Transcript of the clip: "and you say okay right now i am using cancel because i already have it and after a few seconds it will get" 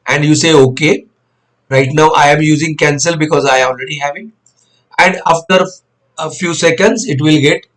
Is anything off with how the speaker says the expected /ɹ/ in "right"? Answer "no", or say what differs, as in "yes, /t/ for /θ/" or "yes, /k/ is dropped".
no